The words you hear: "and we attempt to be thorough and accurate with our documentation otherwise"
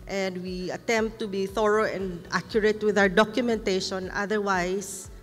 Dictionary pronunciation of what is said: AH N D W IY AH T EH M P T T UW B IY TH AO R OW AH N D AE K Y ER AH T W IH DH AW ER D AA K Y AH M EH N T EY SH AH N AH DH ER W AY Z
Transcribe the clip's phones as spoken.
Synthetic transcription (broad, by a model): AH N D W IY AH T EH M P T T UW B IY TH AO R OW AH N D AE K Y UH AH T W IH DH AW ER D AA K Y AH M EH N T EY SH AH N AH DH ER W AY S